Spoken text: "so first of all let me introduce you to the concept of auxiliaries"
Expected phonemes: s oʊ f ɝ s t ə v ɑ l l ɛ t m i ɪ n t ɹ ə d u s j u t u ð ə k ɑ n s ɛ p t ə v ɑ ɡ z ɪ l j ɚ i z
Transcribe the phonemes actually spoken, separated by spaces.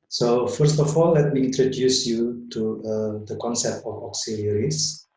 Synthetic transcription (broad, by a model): s oʊ f ɝ s t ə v ɑ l l ɛ t m i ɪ n t ɹ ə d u s j u t u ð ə k ɑ n s ɛ p t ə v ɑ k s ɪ l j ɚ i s